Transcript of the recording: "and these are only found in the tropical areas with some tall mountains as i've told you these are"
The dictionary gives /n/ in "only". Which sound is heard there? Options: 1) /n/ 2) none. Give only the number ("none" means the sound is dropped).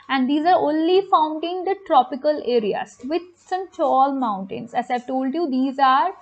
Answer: 1